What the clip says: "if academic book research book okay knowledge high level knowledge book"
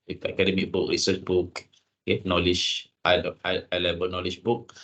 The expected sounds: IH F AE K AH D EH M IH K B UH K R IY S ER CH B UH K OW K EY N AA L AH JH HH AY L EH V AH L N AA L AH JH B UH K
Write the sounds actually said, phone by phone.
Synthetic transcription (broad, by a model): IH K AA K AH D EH M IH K B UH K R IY S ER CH B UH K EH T N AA L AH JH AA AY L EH B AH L N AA L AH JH B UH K